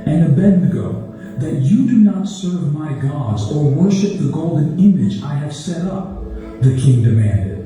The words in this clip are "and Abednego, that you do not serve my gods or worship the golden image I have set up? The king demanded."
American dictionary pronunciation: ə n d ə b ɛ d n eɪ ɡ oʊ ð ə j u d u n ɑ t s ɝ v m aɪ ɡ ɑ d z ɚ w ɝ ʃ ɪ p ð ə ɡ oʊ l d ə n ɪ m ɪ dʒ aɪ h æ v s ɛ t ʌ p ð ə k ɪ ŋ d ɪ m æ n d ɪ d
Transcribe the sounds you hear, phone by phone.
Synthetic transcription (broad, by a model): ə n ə b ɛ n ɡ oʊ ð ə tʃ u d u n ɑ t s ɝ v m aɪ ɡ ɑ d z ɚ w ɝ ʃ ɪ p ð ə ɡ oʊ l d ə n ɪ m ɪ dʒ aɪ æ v s ɛ t ʌ p ð ə k ɪ ŋ d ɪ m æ n d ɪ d